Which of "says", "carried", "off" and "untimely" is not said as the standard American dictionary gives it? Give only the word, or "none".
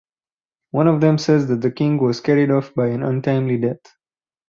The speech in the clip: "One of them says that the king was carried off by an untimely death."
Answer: none